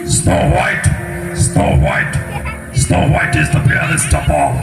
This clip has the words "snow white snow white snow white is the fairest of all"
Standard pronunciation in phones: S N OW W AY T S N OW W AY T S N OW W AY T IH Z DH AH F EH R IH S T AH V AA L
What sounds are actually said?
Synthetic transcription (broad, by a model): S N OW W AY T S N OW W AY T S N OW W AY T IH Z DH AH P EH L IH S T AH P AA